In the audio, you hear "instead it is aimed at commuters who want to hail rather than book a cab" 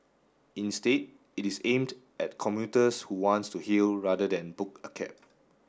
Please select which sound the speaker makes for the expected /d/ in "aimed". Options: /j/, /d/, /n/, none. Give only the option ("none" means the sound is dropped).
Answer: /d/